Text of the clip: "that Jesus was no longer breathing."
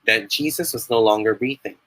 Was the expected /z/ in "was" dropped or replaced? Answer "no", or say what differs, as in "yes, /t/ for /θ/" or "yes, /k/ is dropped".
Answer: no